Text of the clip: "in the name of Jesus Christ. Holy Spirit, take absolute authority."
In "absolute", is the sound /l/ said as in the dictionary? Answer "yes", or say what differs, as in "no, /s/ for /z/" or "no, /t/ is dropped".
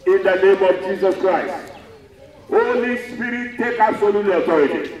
no, /n/ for /l/